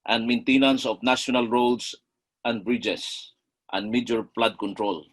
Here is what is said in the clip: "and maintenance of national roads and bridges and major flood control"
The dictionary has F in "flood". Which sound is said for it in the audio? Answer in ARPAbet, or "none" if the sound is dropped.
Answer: P